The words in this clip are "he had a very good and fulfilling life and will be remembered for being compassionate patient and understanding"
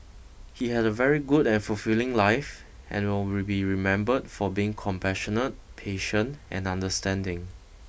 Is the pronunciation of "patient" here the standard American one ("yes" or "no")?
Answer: yes